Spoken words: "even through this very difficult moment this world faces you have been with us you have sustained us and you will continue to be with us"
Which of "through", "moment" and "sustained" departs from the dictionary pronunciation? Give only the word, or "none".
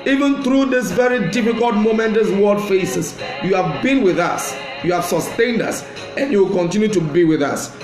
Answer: none